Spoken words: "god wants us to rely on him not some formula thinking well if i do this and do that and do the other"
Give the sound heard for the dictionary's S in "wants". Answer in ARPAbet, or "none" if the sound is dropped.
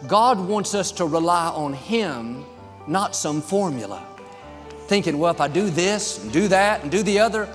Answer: S